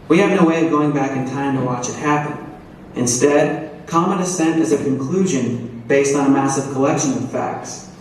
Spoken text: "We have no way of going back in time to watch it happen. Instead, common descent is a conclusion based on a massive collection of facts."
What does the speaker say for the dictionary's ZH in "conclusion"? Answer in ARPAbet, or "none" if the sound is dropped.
ZH